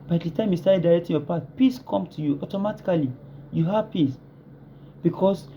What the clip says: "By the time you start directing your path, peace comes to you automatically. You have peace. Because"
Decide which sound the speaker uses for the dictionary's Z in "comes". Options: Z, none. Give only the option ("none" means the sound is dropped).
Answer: none